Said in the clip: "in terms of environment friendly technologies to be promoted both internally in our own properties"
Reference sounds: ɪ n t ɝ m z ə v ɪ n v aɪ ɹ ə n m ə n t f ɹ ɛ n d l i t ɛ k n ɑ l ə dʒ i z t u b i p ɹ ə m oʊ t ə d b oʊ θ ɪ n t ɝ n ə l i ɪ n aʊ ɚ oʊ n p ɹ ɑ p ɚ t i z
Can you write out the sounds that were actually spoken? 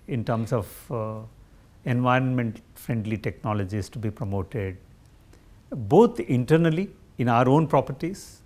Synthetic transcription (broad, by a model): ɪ n t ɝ m s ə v ɪ n v aɪ ɹ ə n m ə n t f ɹ ɛ n d l i t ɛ k n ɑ l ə dʒ i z t u b i p ɹ ə m oʊ t ə d b oʊ t ɪ n t ɝ n ə l i ɪ n aʊ ɚ oʊ n p ɹ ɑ p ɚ t i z